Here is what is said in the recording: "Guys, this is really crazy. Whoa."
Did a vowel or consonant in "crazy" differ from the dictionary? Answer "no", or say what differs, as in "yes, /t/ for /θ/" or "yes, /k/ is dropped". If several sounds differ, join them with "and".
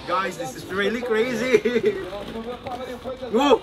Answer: no